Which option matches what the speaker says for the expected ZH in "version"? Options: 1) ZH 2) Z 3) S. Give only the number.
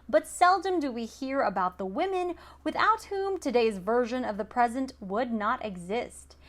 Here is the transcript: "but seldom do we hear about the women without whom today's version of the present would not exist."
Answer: 1